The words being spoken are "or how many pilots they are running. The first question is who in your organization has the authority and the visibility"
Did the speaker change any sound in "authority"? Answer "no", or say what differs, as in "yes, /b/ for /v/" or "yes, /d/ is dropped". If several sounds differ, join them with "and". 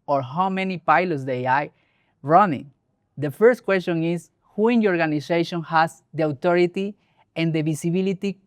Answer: yes, /t/ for /θ/